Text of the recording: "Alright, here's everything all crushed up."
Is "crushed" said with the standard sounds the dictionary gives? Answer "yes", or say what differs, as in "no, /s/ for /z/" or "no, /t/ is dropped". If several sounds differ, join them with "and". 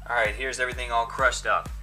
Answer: yes